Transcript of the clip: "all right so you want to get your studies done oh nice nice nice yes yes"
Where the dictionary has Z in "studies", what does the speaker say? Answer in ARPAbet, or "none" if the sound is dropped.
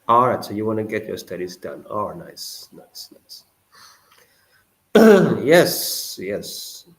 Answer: Z